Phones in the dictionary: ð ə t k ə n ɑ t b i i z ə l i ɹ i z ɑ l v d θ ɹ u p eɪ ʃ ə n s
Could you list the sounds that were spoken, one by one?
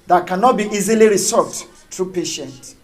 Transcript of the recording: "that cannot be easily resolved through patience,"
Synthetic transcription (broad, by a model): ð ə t k ə n ɑ t b i i z ə l i ɹ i s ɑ v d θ ɹ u p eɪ ʃ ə n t